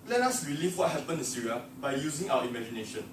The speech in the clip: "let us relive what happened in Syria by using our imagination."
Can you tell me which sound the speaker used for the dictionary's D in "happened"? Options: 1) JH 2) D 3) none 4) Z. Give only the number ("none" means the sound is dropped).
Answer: 3